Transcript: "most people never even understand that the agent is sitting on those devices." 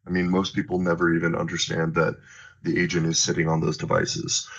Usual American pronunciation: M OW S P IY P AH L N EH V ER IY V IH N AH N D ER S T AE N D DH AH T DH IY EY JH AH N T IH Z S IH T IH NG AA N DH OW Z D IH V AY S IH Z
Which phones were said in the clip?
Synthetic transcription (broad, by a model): M OW S P IY P L N EH V ER IY V IH N AH N D ER S T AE N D DH AH T DH IY EY JH AH N T IH Z S IH T IH NG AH N DH OW Z D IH V AY S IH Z